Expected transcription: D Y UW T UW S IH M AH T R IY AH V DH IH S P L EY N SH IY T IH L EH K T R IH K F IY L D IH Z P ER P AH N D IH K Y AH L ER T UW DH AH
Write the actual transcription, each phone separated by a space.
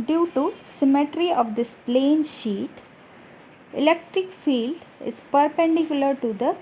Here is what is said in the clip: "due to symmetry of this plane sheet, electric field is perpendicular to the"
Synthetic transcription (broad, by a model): D Y UW T UW S IH M AH T R IY AH V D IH S P L EY N SH IY T IH L EH K T R IH K F IY L D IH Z P ER P AH N D IH K Y AH L ER T UW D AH